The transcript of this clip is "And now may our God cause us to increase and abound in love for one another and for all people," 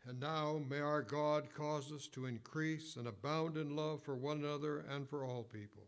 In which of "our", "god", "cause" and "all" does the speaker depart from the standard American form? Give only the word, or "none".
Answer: none